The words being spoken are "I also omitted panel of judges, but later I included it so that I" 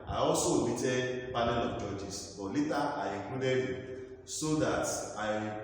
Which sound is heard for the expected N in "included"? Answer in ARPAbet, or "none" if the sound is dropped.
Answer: none